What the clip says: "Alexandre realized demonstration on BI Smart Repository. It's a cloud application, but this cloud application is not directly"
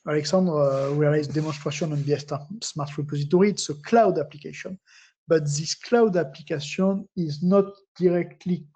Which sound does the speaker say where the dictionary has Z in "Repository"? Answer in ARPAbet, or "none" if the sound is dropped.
Z